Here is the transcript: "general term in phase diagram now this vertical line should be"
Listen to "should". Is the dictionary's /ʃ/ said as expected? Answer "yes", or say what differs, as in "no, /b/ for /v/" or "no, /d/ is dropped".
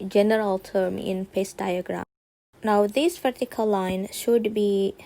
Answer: yes